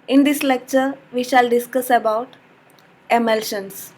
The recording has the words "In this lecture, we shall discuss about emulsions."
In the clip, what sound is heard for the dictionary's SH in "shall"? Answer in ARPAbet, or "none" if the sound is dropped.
SH